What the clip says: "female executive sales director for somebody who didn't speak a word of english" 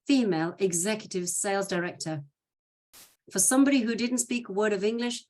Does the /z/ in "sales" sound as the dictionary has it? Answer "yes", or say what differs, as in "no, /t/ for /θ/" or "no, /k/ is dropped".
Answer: yes